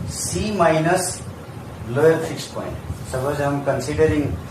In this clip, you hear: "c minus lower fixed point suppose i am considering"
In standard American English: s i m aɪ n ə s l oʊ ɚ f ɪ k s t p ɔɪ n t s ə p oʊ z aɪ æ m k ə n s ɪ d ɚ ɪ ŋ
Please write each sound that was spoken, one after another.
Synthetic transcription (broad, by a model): s i m aɪ n ə s l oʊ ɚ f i k s p ɔɪ n t s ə b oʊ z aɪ m k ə n s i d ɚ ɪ ŋ